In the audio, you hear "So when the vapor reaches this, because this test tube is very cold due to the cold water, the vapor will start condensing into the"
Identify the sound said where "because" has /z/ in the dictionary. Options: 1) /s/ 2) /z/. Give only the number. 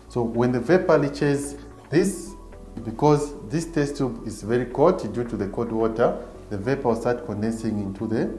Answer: 2